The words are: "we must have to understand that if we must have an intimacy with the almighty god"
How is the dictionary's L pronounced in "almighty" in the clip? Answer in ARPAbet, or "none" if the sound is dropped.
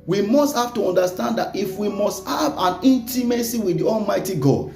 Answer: L